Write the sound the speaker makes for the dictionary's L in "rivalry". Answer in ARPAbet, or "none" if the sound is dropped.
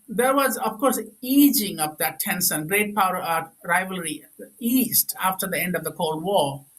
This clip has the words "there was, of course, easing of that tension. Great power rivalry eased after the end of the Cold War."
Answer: L